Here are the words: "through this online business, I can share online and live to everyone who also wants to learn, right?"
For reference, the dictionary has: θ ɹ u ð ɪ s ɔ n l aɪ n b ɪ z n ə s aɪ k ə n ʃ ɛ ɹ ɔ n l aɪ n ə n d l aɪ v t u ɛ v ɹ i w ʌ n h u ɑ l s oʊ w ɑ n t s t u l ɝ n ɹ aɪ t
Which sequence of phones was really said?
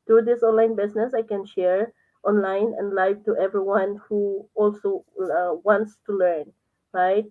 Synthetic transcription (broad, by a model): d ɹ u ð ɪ s ɔ n l aɪ n b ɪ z n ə s aɪ k ə n ʃ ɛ ɹ ɔ n l aɪ n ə n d l aɪ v t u ɛ v ɹ i w ʌ n h u ɑ l s oʊ w ɑ n t s t u l ɝ n ɹ aɪ t